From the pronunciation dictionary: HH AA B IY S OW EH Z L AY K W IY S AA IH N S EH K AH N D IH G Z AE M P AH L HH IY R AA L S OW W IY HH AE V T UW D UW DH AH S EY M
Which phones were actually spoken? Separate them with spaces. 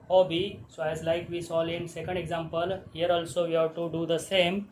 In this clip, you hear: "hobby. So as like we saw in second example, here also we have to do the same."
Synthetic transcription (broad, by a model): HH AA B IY S OW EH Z L AY K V IY S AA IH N S EH K AH N D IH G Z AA M P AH L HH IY R AA L S OW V IY HH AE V T UW D UW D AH S EY M